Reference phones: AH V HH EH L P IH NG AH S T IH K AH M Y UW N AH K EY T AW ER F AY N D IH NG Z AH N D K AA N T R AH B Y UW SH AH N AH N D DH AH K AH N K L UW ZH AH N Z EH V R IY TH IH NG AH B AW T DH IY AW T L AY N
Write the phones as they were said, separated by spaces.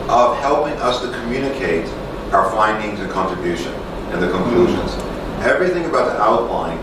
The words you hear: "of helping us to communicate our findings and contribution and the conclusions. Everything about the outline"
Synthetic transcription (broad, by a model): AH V HH EH L P IH NG AH S T IH K AH M Y UW N AH K EY T AW ER F AY N D IH NG Z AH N K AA N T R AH B Y UW SH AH N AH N DH AH K AH N K L UW ZH AH N Z EH V R IY TH IH NG AH B AW T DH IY AW T L AY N